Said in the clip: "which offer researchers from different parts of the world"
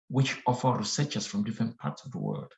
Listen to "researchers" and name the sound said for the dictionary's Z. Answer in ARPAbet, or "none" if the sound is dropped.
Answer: S